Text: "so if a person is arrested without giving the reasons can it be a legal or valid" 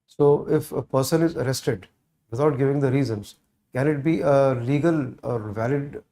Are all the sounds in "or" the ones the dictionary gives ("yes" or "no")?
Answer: yes